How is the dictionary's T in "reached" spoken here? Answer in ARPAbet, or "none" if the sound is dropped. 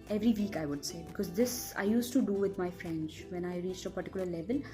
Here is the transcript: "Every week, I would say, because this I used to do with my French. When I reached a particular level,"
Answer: T